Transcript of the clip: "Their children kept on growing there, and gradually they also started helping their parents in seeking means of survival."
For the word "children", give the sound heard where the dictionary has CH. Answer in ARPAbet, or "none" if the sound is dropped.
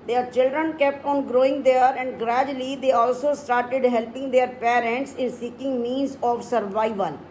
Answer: CH